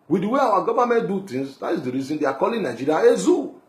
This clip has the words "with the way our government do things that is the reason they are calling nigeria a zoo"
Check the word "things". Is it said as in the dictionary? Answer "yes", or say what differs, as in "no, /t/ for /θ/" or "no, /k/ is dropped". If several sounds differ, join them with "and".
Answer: no, /t/ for /θ/